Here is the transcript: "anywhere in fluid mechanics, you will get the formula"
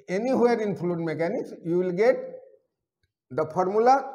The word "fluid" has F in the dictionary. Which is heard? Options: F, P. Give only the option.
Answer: P